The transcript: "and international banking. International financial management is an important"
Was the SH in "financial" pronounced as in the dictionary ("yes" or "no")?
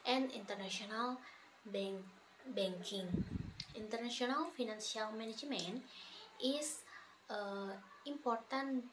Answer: no